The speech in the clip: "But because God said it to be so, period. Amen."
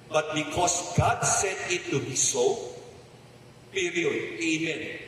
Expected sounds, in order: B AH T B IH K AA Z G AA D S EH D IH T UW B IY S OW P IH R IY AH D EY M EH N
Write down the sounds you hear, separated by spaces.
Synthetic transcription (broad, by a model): B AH T B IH K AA S G AA D S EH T IH T UW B IY S OW P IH R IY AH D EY M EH N